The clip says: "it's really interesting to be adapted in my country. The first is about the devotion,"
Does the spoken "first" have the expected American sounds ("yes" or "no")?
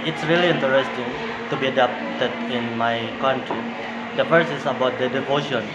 no